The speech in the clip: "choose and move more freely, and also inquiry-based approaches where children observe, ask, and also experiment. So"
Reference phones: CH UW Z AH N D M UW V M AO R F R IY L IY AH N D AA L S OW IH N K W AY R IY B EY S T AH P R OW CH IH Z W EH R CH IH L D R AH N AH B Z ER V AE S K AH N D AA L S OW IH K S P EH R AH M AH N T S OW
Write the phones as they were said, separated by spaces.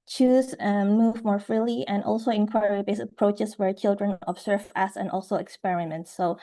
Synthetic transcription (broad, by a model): CH UW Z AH M UW V M AO R F R IY L IY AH N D AA L S OW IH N K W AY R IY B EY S AH P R OW CH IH S W EH R CH IH L D R AH N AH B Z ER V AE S AH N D AA L S OW IH K S P EH R AH M AH N T S OW